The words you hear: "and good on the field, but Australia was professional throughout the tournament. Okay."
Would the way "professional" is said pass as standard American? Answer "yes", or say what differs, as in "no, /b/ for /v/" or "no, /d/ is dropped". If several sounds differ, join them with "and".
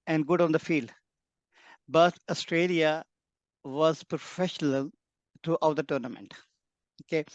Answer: yes